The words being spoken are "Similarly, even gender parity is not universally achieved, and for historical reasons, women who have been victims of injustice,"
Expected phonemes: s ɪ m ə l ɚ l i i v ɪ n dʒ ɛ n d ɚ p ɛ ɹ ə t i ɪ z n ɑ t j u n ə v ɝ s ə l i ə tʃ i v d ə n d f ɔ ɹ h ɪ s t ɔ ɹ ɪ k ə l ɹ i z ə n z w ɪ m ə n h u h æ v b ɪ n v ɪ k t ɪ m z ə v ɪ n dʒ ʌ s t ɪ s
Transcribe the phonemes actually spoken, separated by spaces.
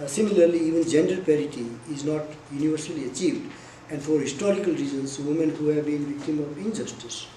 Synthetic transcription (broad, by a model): s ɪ m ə l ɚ l i i v ɪ n dʒ ɛ n d ɚ p ɛ ɹ ə t i ɪ z n ɑ t j u n ə v ɝ s ə l i ə tʃ i v d ə n d f ɔ ɹ h ɪ s t ɔ ɹ ɪ k ə l ɹ i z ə n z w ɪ m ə n h u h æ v b ɪ n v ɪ k t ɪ m ə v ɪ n dʒ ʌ s t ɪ s